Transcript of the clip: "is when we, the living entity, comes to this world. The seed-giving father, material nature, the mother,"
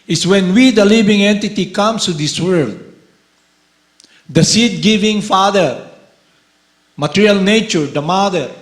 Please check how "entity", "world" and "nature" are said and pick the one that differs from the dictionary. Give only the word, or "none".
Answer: none